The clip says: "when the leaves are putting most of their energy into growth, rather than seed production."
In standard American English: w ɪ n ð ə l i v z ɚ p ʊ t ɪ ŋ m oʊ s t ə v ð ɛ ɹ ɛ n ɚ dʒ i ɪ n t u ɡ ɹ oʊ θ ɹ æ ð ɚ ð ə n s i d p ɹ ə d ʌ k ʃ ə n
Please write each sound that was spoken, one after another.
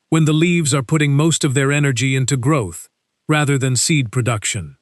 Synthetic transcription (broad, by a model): w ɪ n ð ə l i v z ɚ p ʊ t ɪ ŋ m oʊ s t ə v ð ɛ ɹ ɛ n ɚ dʒ i ɪ n t u ɡ ɹ oʊ θ ɹ æ ð ɚ ð ə n s i d p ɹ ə d ʌ k ʃ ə n